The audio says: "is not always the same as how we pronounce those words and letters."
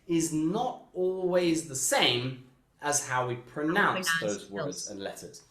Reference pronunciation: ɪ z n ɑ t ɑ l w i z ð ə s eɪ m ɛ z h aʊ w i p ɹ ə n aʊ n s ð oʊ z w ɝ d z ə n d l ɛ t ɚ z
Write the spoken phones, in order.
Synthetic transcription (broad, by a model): ɪ z n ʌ t ɑ l w i z ð ə s eɪ m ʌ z h aʊ w i p ɹ ə n aʊ n s ð oʊ z w ɝ d z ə n l ɛ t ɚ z